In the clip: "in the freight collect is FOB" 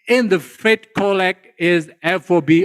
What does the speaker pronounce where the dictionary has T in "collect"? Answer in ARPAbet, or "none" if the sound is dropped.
none